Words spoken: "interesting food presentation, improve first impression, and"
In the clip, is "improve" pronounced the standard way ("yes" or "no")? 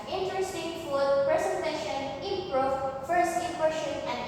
no